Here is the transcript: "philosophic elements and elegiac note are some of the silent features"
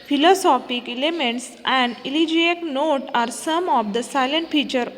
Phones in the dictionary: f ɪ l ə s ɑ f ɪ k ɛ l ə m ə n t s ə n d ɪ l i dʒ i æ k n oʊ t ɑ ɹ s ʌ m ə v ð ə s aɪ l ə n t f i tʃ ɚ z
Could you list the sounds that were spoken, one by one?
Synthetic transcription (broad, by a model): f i l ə s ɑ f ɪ k ɛ l ə m ə n t s ə n d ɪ l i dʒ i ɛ k n oʊ t ɑ ɹ s ʌ m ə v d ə s aɪ l ə n t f i tʃ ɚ